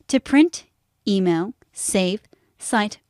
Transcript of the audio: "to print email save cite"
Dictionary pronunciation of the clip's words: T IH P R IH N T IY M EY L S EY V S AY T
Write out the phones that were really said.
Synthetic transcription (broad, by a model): T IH P R IH N T IY M EY L S EY V S AY T